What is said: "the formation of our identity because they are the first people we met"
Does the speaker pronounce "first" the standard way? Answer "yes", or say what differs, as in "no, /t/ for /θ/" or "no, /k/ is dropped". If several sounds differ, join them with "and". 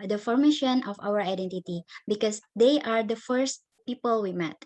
yes